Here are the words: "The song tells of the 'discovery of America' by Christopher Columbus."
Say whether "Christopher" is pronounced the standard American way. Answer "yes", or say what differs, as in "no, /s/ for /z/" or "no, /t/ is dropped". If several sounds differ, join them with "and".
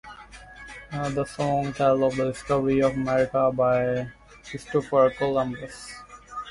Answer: no, /ɹ/ is dropped